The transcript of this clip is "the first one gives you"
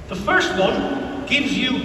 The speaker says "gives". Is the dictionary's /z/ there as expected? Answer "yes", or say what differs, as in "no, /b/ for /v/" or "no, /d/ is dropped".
yes